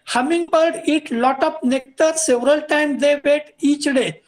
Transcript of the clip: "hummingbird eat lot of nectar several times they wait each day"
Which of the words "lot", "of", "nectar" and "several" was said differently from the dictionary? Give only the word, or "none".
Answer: of